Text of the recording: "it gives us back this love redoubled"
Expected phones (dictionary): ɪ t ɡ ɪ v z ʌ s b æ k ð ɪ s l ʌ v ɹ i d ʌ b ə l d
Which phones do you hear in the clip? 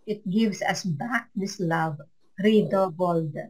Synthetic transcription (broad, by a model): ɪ t ɡ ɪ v s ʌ s b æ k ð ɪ s l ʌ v ɹ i d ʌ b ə l d